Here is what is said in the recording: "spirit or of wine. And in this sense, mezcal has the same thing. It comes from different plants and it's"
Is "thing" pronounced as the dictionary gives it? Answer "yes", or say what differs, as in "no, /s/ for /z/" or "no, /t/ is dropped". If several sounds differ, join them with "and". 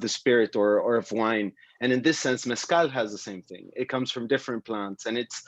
yes